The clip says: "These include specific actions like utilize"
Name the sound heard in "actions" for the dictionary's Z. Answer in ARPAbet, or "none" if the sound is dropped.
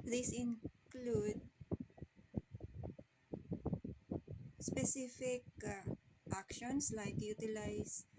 S